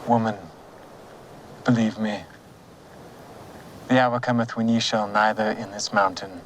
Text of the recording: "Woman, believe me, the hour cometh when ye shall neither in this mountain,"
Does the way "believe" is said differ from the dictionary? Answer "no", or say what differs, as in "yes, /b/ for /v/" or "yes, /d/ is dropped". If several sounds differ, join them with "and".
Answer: no